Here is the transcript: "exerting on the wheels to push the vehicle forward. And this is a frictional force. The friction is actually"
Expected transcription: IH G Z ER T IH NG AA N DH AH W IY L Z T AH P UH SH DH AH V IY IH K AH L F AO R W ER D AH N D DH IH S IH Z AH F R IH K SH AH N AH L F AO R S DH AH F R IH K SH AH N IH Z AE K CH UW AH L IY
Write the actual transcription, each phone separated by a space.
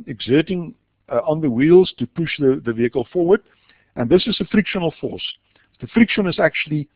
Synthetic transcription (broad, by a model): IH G Z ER T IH NG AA N DH AH W IY L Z T AH P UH SH DH AH V IY IH K AH L F AO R W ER D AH N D DH IH S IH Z AH F R IH K SH AH N AH L F AO R S DH AH F R IH K SH AH N IH Z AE K CH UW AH L IY